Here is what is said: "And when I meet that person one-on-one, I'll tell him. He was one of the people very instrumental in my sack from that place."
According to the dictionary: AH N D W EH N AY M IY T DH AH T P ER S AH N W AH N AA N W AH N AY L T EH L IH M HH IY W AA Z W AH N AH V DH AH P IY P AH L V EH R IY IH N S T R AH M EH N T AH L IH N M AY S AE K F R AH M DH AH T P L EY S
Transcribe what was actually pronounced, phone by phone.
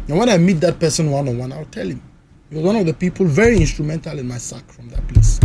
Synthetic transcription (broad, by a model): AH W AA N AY M IY T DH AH T P ER S AH N W AH N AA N W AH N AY W T EH L IH M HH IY W AA Z W AH N AH V DH AH P IY P AH L V EH R IY IH N S T R AH M EH N T AH L IH N M AY S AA K F R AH M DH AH T P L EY S